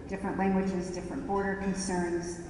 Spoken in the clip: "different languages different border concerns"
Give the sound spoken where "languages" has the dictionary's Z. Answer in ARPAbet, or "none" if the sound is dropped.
Z